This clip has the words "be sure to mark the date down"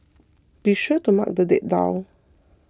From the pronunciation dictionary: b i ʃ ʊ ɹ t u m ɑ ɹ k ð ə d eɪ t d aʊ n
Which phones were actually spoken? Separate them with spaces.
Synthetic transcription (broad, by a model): b i ʃ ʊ t u m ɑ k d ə d eɪ t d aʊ